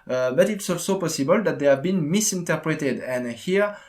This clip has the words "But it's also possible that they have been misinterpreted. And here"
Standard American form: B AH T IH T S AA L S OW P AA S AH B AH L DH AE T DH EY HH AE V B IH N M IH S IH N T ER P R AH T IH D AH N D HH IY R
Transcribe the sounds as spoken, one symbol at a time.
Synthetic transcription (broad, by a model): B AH T IH T S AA S OW P AA S AH B AH L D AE T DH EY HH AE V B IH N M IH S IH N T ER P R AH T IH D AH N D HH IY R